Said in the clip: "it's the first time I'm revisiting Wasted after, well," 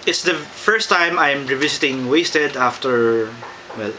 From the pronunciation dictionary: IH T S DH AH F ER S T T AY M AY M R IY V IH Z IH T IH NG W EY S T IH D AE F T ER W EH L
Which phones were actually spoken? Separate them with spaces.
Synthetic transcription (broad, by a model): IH T S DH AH F ER S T T AY M AY M R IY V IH S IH T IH NG W EY S T IH D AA F T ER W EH L